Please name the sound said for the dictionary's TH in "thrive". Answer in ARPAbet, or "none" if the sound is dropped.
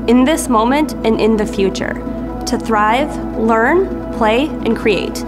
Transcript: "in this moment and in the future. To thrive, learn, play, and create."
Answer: TH